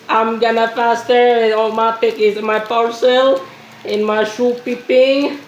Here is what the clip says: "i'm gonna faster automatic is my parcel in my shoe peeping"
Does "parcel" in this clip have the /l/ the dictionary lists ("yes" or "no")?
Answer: yes